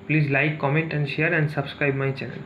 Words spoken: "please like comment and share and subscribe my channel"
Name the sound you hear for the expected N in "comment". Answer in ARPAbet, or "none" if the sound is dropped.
N